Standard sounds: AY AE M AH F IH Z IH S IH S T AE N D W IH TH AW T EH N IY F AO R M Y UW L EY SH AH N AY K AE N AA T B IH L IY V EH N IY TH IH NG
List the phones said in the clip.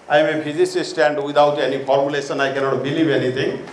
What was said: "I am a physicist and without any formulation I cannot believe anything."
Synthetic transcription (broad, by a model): AY M AH P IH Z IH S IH S T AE N D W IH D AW T EH N IY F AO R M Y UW L EY S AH N AY K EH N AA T B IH L IY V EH N IY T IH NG